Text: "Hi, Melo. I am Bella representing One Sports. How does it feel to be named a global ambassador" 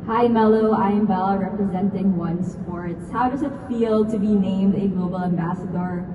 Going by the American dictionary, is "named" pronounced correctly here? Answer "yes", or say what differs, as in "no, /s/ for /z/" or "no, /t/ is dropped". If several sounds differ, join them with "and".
yes